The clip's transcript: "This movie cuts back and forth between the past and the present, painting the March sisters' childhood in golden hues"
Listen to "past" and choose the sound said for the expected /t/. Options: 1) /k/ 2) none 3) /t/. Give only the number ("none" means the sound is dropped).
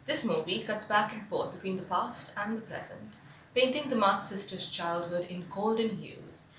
3